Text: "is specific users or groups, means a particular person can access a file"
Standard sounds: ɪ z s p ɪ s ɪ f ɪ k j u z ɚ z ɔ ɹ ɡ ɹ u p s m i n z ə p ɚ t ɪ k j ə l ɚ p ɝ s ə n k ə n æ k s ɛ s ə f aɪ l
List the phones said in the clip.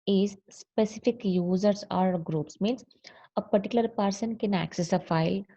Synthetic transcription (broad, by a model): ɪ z s p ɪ s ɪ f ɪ k j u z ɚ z ɔ ɹ ɡ ɹ u p s m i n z ə p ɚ t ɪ k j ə l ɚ p ɝ s ə n k ə n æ k s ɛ s ə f aɪ l